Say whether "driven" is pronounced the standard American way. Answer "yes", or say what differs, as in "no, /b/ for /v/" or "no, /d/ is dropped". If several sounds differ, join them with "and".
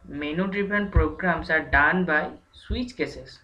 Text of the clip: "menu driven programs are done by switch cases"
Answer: no, /p/ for /v/